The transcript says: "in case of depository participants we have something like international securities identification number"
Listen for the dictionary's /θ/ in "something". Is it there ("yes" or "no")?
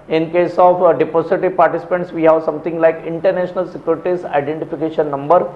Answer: no